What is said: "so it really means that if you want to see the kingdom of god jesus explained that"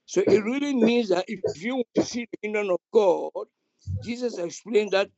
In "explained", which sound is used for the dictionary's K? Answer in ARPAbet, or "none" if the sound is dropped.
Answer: K